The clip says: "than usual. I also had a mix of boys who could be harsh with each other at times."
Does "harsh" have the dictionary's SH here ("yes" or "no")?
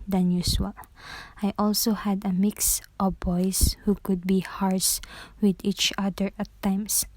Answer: no